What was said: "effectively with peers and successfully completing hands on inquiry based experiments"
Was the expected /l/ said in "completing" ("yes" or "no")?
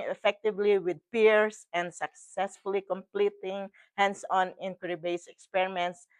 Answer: yes